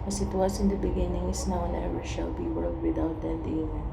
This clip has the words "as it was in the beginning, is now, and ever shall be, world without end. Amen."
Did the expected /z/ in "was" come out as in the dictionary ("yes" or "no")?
no